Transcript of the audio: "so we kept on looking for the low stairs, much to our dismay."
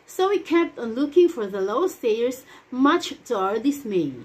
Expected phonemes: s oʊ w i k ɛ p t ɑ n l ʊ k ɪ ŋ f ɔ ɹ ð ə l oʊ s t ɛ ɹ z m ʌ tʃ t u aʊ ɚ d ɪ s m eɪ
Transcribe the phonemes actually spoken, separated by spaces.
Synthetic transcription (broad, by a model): s oʊ w i k ɛ p t ɑ n l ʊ k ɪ ŋ f ɔ ɹ ð ə l oʊ s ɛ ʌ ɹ s m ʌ tʃ t u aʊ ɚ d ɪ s m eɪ